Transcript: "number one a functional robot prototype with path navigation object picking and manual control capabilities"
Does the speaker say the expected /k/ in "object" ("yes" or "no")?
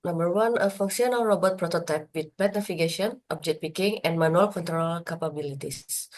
no